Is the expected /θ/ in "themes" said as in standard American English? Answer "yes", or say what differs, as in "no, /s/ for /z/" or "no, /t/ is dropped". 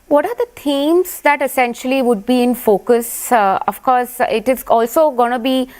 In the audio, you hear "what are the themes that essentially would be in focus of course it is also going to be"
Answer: no, /t/ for /θ/